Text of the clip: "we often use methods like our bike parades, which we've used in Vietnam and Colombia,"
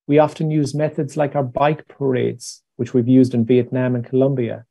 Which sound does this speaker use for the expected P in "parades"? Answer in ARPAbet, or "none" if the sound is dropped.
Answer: P